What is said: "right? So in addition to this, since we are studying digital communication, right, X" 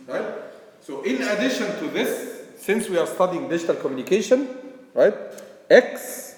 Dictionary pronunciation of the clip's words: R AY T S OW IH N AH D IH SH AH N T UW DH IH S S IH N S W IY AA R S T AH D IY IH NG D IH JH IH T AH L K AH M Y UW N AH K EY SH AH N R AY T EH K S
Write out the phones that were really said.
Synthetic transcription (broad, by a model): R AY T S OW IH N AH D IH SH AH N T UW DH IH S S IH N S W IY AA R S T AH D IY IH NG D IH JH IH T AH L K AH M Y UW N AH K EY SH AH N R AY T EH K S